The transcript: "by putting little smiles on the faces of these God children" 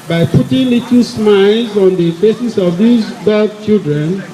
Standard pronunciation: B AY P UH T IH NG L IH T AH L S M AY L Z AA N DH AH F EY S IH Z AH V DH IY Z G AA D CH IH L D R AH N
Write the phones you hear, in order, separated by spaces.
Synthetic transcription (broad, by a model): B AY P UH T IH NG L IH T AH S M AY L Z AA N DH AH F EY S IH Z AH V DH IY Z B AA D CH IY L D R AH N